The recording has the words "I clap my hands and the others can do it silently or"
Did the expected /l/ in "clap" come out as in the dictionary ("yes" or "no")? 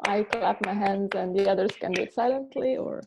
yes